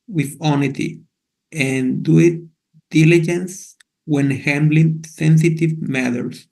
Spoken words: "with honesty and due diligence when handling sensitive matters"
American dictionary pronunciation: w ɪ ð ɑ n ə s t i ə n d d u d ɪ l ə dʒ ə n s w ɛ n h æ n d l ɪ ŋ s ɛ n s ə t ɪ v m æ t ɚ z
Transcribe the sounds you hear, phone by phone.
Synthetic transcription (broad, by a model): w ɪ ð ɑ n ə t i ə n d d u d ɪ l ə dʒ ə n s w ɛ n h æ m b l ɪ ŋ s ɛ n s ə t ɪ v m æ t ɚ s